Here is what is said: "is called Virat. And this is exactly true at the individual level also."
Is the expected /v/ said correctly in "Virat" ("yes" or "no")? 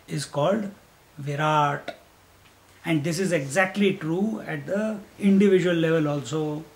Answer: yes